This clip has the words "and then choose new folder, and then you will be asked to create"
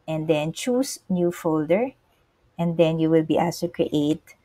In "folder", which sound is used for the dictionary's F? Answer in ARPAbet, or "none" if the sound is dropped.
F